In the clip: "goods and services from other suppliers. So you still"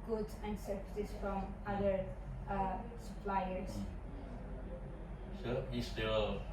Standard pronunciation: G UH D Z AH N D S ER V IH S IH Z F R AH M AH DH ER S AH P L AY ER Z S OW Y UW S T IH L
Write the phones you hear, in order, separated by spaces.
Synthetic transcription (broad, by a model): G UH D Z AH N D S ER P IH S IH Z F R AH M AH DH ER S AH P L AY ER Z S OW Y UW S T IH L